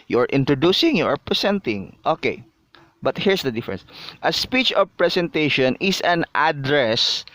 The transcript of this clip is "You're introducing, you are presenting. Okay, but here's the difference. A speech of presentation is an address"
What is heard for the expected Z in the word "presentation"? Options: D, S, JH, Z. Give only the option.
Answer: S